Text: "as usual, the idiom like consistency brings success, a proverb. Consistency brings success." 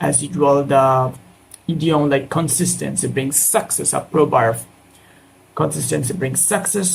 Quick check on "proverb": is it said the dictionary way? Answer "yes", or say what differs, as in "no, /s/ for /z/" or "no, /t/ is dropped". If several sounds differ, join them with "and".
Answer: no, /b/ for /v/